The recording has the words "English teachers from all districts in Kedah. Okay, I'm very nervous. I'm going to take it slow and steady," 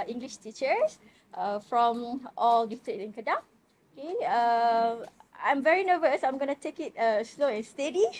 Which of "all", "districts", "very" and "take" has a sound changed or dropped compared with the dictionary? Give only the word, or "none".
districts